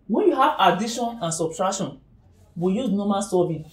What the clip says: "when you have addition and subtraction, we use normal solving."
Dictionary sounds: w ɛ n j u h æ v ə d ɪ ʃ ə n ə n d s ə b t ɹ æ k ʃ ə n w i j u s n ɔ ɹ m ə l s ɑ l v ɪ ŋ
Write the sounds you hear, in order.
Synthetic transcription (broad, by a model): w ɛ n j u h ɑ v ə d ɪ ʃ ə n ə n s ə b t ɹ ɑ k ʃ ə n w i j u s n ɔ m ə n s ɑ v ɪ